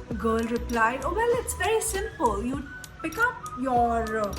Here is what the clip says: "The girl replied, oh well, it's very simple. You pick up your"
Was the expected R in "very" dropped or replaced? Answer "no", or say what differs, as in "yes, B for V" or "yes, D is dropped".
yes, R is dropped